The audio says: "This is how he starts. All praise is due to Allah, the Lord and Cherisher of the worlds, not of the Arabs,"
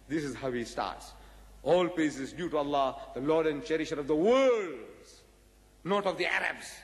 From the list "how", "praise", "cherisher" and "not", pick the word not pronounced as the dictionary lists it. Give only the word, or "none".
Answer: praise